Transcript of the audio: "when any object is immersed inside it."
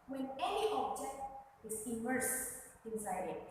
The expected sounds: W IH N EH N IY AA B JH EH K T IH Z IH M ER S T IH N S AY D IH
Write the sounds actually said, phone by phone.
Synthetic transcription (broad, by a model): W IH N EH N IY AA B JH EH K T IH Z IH M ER S IH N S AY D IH